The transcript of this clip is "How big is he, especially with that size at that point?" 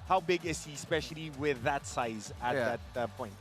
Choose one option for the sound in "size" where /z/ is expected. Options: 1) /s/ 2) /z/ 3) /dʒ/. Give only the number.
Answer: 2